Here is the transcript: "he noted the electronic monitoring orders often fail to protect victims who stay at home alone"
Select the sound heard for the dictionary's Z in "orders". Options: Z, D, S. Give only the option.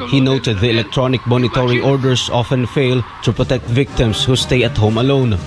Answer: S